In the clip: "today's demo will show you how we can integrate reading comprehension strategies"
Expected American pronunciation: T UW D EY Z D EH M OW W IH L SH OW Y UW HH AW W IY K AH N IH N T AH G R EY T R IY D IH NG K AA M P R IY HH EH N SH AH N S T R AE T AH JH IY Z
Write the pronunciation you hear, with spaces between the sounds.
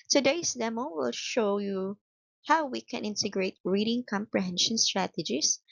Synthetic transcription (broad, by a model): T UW D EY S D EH M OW W IH L SH OW Y UW HH AW W IY K AH N IH N T AH G R EY T R IY D IH NG K AA M P R IY HH EH N SH AH N S T R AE T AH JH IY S